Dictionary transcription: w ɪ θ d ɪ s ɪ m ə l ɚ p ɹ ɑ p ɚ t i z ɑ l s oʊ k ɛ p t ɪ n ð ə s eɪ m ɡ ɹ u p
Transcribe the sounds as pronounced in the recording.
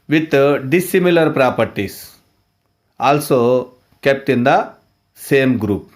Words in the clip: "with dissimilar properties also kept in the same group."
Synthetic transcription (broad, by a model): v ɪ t d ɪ s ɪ m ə l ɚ p ɹ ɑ p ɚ t i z ɑ l s oʊ k ɛ p t ɪ n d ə s eɪ m ɡ ɹ u p